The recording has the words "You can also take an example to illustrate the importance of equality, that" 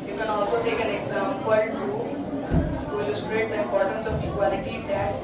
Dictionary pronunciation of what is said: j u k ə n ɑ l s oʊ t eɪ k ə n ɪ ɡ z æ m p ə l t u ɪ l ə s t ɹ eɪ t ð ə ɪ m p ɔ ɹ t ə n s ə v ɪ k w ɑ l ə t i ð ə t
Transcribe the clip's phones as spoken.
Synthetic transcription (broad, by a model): j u k ə n ɑ l s oʊ t eɪ k ə n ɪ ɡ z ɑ m p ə l t u ɪ l ə s t ɹ eɪ t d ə ɪ m p ɔ ɹ t ə n s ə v ɪ k w ɑ l ə t i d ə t